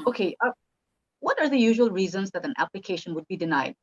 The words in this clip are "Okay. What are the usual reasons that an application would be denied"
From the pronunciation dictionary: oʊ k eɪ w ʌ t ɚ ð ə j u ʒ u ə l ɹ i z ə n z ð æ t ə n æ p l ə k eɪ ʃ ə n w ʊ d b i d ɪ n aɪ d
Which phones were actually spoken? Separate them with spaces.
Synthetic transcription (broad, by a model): oʊ k eɪ w ʌ t ɚ ð ə j u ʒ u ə l ɹ i z ə n z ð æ t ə n æ p l ə k eɪ ʃ ə n w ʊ d b i d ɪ n aɪ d